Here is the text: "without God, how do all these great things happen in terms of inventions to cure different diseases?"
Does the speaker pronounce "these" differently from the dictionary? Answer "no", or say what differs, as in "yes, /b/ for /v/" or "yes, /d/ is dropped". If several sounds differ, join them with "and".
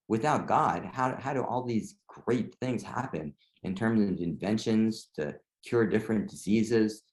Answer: no